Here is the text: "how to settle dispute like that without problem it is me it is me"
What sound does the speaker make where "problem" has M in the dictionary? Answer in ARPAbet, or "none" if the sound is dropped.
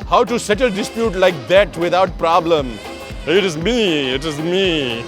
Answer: M